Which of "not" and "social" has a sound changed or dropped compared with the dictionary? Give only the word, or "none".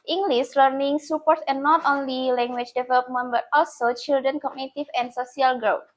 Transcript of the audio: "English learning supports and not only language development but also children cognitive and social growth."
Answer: social